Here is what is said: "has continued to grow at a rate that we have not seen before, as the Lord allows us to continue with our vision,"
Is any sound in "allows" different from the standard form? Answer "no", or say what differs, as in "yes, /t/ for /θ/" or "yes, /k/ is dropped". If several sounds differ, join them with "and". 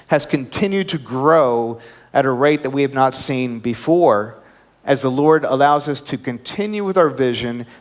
no